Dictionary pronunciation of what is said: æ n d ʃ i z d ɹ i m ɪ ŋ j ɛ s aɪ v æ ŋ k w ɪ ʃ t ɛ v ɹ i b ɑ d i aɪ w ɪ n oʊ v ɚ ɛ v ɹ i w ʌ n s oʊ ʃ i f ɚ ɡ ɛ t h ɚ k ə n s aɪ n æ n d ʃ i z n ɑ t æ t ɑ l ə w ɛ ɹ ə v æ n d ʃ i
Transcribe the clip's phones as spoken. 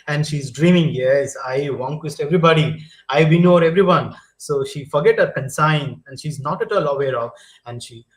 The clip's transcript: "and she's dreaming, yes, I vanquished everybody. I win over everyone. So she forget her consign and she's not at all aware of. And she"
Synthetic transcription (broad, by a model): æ n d ʃ i z d ɹ i m ɪ ŋ j ɛ s aɪ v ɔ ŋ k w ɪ s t ɛ v ɹ i b ɑ d i aɪ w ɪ n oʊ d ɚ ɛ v ɹ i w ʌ n s oʊ ʃ i f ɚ ɡ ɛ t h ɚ k ə n s aɪ n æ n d ʃ i z n ɑ t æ t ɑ l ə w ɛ ɹ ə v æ n d ʃ i